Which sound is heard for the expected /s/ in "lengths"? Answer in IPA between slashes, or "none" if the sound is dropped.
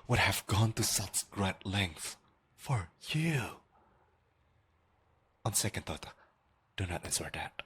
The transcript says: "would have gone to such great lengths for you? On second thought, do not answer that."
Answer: none